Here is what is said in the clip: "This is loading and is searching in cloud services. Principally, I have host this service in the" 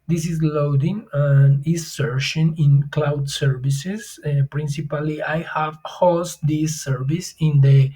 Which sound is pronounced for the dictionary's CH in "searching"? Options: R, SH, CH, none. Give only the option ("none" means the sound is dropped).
SH